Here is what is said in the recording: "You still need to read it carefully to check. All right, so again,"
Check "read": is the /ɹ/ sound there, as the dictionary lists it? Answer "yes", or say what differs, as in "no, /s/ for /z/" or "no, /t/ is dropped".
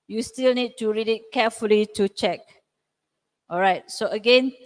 yes